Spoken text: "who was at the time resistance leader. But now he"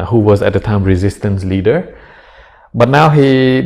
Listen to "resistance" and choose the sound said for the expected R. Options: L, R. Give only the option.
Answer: R